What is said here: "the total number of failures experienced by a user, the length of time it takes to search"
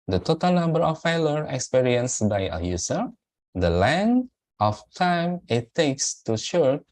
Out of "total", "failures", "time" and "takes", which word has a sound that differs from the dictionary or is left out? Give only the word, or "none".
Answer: failures